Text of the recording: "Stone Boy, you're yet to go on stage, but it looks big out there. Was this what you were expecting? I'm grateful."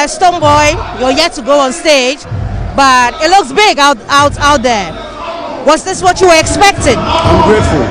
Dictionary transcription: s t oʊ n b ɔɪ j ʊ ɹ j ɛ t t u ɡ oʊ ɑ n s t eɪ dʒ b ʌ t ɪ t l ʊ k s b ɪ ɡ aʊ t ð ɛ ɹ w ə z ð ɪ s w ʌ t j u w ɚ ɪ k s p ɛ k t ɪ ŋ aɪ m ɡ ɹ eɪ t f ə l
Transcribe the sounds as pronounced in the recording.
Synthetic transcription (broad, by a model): s t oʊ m b ɔɪ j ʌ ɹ j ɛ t t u ɡ oʊ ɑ n s t eɪ dʒ b ʌ t ɪ t l ʊ k s b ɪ ɡ aʊ t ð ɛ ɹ w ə s ð ɪ s w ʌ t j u w ɚ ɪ k s p ɛ k t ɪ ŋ aɪ m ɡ ɹ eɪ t f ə l